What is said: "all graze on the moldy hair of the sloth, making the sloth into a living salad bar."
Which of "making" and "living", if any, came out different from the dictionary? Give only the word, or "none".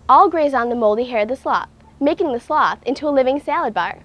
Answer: none